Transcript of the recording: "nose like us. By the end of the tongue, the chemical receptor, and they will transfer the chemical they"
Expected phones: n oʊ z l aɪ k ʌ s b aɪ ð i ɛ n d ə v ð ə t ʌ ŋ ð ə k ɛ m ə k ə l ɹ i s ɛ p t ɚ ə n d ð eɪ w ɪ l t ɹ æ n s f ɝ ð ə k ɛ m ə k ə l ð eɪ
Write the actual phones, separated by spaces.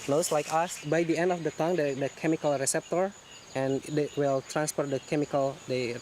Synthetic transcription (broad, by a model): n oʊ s l aɪ k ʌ s b aɪ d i ɛ n d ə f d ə t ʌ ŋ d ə k ɛ m ə k ə l ɹ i s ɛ p t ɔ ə n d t w ɪ l t ɹ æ n s p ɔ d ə k ɛ m ə k ə l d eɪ